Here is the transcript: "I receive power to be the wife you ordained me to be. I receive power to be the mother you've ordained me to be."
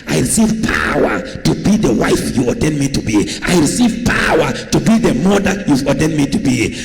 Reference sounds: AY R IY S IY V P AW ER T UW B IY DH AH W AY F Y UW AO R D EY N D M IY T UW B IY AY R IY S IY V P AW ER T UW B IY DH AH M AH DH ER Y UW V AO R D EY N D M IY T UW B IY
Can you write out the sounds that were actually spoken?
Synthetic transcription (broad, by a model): AY R IY S IY V P AW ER T UW B IY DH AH W AY F Y UW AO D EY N M IY T UW B IY AY R IY S IY V P AW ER T UW B IY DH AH M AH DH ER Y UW AO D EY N M IY T UW B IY